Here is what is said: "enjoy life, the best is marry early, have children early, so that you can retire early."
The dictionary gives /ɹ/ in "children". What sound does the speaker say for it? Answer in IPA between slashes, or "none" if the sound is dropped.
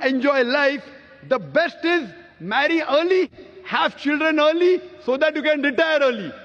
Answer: /ɹ/